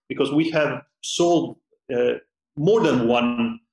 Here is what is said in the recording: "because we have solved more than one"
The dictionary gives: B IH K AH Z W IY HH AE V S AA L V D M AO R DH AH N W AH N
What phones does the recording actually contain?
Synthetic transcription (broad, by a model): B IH K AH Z W IY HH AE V S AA L D M AO R DH AH N W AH N